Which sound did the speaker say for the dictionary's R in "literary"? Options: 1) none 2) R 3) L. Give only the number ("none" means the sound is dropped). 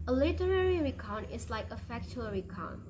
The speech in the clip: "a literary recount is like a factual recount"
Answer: 2